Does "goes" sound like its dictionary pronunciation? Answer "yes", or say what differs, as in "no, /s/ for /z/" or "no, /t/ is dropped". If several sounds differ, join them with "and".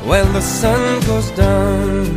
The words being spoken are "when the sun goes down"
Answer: yes